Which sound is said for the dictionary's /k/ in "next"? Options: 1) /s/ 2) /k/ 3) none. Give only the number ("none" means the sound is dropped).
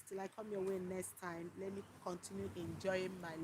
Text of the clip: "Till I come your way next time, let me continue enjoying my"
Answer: 2